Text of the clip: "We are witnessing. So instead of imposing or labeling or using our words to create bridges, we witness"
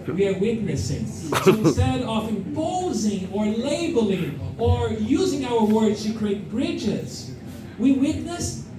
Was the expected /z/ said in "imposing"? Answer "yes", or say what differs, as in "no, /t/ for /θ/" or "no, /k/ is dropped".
yes